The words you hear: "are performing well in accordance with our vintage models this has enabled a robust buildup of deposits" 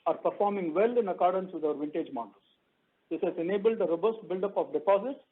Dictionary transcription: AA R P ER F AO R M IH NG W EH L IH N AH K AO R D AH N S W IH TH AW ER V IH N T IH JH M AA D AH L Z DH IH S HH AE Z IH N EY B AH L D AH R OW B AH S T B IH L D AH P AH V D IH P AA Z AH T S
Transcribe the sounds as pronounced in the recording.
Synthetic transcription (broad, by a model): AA R P ER F AO R M IH NG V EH L IH N AH K AO R D AH N S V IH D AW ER V IH N T IH JH M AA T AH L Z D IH S HH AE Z IH N EY B AH L D AH R OW B AH S T B IH L D AH P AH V D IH P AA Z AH T S